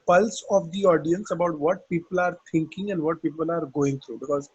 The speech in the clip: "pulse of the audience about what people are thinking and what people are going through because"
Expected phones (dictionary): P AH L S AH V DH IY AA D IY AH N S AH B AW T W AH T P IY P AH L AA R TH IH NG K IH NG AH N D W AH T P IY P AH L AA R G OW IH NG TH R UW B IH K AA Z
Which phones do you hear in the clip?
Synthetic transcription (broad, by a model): P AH L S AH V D IY AA D IY AH N S AH B AW T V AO T P IY P AH L AA R T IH NG K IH NG AH N D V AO T P IY P AH L AA R G OW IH NG T R UW B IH K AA Z